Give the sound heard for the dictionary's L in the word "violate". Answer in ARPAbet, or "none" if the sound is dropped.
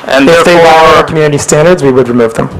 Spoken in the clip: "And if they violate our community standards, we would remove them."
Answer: W